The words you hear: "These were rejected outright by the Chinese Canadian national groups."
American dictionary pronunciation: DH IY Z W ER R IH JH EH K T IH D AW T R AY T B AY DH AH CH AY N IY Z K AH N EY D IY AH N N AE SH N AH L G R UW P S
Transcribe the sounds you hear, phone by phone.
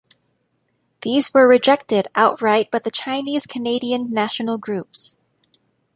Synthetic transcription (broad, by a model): DH IY Z W ER R IH JH EH K T IH D AW T R AY T B AY DH AH CH AY N IY Z K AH N EY D IY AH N N AE SH N L G R UW P S